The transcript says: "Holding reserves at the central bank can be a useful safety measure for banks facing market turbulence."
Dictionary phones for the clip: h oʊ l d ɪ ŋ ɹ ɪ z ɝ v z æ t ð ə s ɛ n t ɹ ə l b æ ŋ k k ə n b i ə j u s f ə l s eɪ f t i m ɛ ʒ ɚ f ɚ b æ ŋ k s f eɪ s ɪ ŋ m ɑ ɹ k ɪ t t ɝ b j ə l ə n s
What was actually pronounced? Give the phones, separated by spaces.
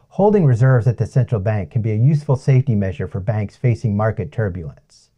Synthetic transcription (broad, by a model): h oʊ l d ɪ ŋ ɹ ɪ z ɝ v z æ t ð ə s ɛ n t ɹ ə l b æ ŋ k k ə n b i ə j u s f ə l s eɪ f t i m ɛ ʒ ɚ f ɚ b æ ŋ k s f eɪ s ɪ ŋ m ɑ ɹ k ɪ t t ɝ b j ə l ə n s